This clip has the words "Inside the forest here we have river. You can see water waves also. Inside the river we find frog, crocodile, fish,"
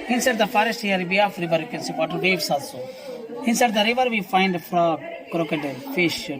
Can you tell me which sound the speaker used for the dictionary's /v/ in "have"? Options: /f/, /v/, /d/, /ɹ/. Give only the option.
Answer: /f/